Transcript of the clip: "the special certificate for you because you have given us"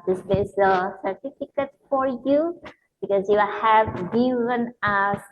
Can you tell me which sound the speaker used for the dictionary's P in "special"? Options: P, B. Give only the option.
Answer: B